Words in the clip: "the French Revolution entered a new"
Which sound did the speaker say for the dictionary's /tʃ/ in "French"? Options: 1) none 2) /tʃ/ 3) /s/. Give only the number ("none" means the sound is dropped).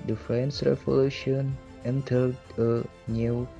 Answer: 3